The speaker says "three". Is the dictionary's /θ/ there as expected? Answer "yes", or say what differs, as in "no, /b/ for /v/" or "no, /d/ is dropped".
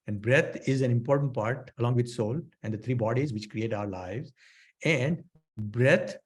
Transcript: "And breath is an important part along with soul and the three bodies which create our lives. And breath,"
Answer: no, /t/ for /θ/